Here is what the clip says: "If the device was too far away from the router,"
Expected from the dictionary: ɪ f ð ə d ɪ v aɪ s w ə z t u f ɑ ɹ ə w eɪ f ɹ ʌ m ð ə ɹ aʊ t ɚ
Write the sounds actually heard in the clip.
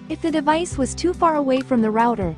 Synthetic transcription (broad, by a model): ɪ f ð ə d ɪ v aɪ s w ə z t u f ɑ ɹ ə w eɪ f ɹ ʌ m ð ə ɹ aʊ t ɚ